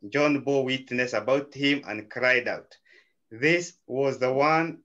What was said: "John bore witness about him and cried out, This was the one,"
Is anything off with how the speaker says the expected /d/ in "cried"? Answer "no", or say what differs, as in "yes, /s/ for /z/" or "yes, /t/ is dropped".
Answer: no